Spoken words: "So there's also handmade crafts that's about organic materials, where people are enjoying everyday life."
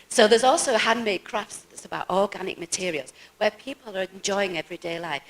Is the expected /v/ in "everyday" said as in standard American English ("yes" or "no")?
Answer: yes